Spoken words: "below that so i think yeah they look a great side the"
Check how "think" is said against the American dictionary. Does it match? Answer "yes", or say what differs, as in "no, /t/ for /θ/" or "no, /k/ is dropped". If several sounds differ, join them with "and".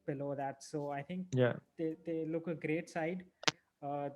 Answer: no, /t/ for /θ/